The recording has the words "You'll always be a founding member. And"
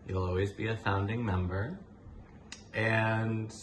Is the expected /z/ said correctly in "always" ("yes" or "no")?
yes